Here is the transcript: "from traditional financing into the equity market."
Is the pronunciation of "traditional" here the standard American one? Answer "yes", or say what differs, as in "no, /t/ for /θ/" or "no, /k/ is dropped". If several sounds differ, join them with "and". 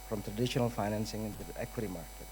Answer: yes